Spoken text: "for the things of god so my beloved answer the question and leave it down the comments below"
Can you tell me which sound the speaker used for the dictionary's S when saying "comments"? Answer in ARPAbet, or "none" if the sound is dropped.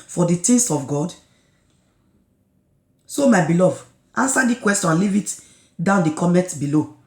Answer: none